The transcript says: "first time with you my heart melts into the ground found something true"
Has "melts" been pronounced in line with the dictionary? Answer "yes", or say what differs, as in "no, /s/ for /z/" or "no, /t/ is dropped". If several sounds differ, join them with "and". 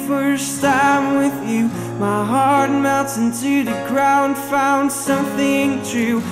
no, /l/ is dropped and /s/ is dropped